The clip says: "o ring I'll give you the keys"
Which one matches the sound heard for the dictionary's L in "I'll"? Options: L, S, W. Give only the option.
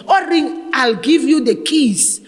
L